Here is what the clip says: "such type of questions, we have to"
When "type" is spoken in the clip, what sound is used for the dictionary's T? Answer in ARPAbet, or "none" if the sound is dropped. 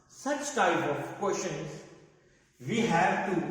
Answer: T